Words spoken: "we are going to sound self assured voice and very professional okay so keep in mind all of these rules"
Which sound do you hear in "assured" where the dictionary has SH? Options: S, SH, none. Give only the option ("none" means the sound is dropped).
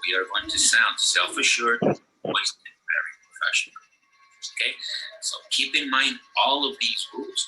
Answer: SH